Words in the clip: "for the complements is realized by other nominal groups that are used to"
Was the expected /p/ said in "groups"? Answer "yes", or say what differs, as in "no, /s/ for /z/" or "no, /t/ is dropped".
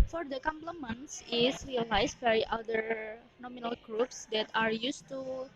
yes